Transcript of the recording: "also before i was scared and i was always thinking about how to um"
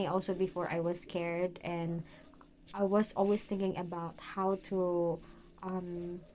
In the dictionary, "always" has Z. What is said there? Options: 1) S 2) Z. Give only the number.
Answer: 1